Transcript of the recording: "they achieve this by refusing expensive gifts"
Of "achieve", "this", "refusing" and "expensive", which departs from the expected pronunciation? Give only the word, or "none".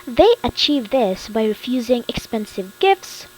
none